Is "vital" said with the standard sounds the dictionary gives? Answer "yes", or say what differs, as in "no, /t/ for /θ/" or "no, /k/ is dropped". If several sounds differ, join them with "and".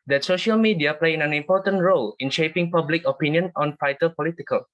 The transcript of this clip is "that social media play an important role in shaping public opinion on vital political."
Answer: no, /f/ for /v/